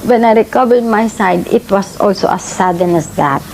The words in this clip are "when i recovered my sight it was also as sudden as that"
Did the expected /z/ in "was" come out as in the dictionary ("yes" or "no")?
no